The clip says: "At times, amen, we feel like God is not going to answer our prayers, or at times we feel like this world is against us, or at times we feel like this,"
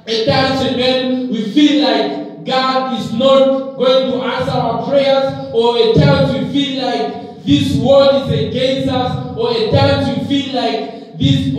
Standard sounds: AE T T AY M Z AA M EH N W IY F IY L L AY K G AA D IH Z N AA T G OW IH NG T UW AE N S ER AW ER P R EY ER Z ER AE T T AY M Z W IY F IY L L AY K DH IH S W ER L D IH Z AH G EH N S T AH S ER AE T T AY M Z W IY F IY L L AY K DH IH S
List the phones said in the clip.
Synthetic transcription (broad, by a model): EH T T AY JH AA M EH N W IY F IY L L AY K G AA D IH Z N AA T G OW IH NG T UW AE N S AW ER P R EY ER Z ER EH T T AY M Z W IY F IY L L AY K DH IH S W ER D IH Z AH G EH N S T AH S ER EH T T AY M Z W IY F IY L L AY K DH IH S